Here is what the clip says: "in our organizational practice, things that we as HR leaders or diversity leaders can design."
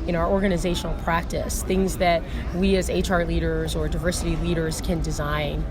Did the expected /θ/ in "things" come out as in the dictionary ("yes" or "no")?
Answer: yes